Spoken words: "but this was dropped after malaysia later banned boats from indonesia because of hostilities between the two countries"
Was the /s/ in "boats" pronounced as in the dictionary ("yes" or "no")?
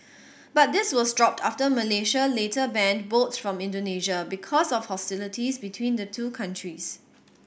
no